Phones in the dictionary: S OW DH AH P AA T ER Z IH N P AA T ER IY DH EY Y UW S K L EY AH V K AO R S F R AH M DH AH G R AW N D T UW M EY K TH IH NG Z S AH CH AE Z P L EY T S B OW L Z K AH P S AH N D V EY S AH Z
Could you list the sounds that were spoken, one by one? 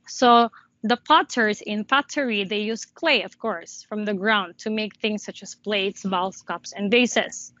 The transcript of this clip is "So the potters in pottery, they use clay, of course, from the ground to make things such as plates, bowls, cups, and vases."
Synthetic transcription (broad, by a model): S OW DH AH P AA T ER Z IH N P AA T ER IY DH EY Y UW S K L EY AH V K AO R S F R AH M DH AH G R AW N D T UW M EY K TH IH NG S AH CH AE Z P L EY T S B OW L S K AH P S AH N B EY S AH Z